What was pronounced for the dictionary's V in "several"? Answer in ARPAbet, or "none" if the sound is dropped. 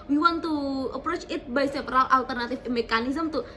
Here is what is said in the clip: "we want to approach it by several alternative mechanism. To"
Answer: P